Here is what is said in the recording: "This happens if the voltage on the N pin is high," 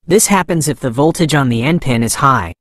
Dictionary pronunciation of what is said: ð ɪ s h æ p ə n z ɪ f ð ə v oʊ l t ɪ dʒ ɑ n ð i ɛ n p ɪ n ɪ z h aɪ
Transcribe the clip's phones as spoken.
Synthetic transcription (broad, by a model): ð ɪ s h æ p ə n z ɪ f ð ə v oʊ l t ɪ dʒ n ð i ɛ n p ɪ n ɪ z h aɪ